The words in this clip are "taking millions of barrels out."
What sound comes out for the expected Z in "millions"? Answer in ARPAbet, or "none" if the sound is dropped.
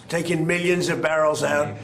Z